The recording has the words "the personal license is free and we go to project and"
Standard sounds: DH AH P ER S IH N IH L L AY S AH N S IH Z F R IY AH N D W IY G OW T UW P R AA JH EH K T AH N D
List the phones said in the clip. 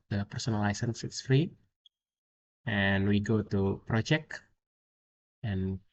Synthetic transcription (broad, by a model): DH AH P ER S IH N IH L L AY S AH N S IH S F R IY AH N W IY G OW T UW P R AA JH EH K AH N